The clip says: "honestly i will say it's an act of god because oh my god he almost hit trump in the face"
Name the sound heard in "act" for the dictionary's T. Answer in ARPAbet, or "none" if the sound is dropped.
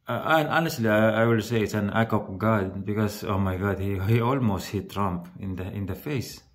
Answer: none